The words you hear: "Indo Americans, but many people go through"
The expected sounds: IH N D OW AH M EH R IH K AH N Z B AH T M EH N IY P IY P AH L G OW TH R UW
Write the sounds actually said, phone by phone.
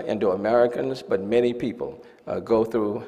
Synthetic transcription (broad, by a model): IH N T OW AH M EH R IH K AH N Z B AH T M EH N IY P IY P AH L G OW TH R UW